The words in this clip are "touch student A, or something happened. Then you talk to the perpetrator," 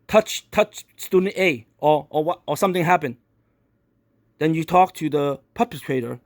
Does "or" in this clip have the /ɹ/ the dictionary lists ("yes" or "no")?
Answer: no